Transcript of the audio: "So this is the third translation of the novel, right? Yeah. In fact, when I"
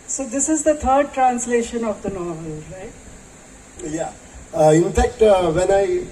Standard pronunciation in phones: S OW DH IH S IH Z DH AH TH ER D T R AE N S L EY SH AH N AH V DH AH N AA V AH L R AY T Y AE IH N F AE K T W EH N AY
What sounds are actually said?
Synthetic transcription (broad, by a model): S OW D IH S IH Z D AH T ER D T R AE N S L EY SH AH N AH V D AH N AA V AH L R AY T Y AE IH N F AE K T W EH N AY